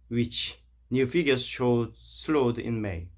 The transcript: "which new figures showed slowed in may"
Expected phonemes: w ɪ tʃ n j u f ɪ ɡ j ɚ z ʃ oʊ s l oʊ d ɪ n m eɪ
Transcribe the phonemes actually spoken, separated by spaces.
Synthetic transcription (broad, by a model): w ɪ tʃ n j u f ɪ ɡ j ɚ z ʃ oʊ s l oʊ d ɪ n m eɪ